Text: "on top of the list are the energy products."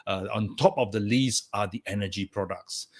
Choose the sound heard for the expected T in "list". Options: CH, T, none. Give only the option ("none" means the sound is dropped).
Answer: none